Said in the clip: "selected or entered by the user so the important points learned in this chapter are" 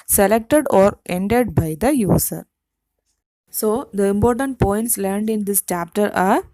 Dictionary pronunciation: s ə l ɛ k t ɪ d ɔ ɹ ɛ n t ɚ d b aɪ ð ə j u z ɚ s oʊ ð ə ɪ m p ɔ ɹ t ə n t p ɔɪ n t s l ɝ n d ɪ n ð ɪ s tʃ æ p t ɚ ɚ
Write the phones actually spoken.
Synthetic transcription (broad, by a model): s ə l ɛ k t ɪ d ɔ ɹ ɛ n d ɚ d b aɪ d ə j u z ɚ s oʊ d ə ɪ m p ɔ ɹ t ə n t p ɔɪ n t s l ɝ n d ɪ n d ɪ s tʃ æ p t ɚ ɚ